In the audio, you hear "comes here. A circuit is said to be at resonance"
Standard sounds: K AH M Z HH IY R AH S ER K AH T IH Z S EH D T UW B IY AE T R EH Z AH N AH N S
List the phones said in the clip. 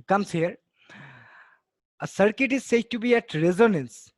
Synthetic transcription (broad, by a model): K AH M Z HH IY R AH S ER K AH T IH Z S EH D T UW B IY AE T R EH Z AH N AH N S